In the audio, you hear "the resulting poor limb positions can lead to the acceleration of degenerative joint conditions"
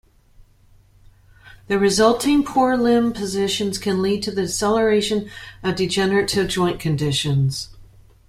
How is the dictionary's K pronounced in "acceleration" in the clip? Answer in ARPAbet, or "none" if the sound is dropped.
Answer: none